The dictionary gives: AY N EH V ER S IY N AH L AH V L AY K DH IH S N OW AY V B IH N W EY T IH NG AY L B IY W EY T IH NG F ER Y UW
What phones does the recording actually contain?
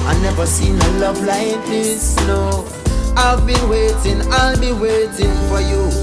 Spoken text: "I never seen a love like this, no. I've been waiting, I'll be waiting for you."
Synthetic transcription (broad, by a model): AY N EH V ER S IY N AH L AH V L AY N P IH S N OW AY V B IH N W EY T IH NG AY L B IY W EY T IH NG F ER Y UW